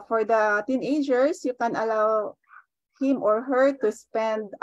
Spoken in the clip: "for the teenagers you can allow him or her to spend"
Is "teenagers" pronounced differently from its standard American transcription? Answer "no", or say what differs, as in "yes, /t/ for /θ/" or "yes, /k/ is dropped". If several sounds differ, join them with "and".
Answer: yes, /s/ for /z/